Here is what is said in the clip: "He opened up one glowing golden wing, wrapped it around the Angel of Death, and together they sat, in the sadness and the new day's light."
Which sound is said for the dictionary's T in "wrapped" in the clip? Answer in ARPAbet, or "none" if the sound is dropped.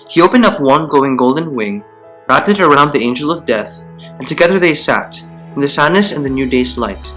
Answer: none